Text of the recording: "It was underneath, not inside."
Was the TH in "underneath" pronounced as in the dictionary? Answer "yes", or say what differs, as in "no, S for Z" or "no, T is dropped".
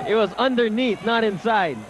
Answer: no, T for TH